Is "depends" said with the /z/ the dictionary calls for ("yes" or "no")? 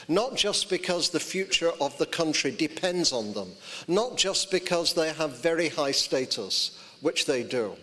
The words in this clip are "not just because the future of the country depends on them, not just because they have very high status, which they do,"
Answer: yes